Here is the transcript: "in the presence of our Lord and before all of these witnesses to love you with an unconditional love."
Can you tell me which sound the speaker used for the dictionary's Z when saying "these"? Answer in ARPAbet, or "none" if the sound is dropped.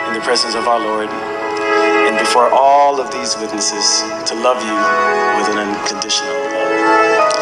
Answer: Z